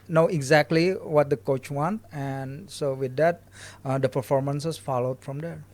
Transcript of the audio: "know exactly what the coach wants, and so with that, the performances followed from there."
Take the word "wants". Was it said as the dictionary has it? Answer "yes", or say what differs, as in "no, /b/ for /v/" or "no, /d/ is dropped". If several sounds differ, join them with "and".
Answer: no, /s/ is dropped